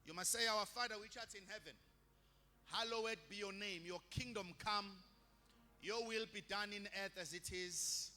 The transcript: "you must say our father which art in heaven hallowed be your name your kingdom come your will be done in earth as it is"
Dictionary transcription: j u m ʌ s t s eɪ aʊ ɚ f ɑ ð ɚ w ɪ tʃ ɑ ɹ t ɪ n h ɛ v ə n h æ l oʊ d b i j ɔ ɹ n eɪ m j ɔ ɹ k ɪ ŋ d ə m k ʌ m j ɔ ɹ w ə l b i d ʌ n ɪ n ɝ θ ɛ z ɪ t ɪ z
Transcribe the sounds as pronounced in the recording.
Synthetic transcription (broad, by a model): j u m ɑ s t s eɪ aʊ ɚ f ɑ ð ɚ w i tʃ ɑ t ɪ n h ɛ v ə n h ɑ l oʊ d b i j ɔ n eɪ m j ɔ k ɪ ŋ d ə m k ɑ m j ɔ w ə l b i d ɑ n ɪ n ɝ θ ɛ z ɪ t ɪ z